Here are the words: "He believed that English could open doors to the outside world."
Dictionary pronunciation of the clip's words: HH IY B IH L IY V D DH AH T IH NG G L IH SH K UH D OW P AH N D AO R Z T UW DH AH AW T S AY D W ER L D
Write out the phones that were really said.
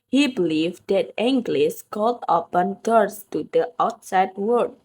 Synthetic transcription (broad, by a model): HH IY B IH L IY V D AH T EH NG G L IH S K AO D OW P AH N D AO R S T UW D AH AW T S AY D W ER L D